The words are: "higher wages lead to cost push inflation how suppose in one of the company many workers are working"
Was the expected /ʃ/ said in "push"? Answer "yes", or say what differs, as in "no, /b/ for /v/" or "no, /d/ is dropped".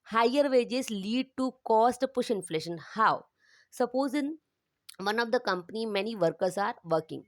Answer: yes